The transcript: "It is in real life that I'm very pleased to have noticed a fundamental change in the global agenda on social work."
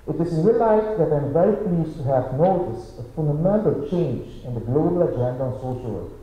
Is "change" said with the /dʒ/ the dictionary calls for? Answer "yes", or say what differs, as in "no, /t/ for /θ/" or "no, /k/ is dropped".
yes